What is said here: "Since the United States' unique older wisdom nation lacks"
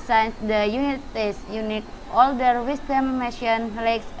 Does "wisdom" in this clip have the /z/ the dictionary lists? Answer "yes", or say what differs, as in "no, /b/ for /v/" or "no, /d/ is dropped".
no, /s/ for /z/